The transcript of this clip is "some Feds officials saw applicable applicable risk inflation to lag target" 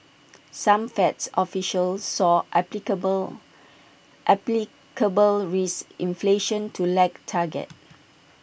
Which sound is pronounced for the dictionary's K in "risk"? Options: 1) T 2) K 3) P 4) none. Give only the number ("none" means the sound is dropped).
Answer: 4